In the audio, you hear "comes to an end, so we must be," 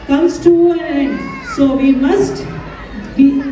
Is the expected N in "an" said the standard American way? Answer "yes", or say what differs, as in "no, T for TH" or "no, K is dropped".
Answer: no, L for N